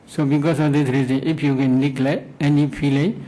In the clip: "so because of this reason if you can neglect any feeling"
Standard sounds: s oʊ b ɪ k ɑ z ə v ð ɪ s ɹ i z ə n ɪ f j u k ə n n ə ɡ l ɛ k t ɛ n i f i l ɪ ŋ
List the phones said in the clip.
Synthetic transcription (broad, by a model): s oʊ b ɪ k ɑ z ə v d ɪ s ɹ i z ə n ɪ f j u k ə n l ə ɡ l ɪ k ɛ n i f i l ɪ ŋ